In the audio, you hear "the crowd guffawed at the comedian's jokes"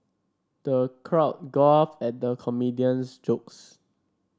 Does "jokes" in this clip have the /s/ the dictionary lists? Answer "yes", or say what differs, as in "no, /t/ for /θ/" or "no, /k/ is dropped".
yes